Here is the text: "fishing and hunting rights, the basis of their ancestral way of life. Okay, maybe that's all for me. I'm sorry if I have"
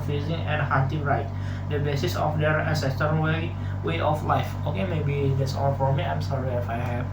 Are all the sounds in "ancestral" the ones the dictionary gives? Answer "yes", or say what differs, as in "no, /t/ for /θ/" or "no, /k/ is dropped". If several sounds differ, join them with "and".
no, /ɹ/ is dropped and /w/ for /l/